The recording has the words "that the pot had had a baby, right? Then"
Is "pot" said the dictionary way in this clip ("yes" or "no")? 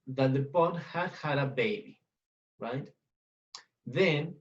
no